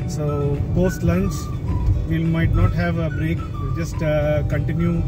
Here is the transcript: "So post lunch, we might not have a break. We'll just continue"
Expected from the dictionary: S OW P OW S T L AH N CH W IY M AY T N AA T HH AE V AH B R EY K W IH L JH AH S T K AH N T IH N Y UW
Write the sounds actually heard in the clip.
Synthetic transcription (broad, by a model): S OW B OW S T L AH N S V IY M AY T N AA T HH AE V AH B R EY K JH AH S T K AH N T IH N Y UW